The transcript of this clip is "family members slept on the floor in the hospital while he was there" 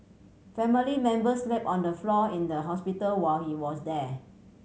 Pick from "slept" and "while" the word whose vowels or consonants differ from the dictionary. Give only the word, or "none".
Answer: slept